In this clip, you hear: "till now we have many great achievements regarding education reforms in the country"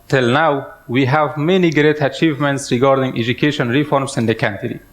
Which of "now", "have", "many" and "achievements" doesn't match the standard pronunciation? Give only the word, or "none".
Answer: none